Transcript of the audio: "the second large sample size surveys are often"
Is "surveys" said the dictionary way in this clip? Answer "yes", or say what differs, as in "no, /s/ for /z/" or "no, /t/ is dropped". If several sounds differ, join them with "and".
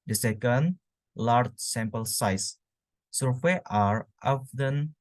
no, /z/ is dropped